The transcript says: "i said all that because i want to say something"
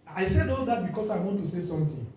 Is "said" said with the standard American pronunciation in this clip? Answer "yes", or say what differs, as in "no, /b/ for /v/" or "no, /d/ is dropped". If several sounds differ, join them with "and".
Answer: yes